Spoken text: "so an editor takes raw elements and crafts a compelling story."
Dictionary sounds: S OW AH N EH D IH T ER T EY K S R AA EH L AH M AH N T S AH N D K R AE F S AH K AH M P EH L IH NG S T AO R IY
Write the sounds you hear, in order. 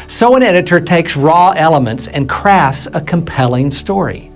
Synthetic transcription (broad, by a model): S OW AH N EH D IH T ER T EY K S R AA EH L AH M AH N T S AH N K R AE F S AH K AH M P EH L IH NG S T AO R IY